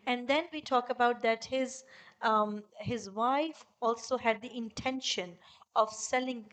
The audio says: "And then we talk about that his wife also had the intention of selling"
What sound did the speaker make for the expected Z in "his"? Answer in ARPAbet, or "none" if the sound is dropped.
Z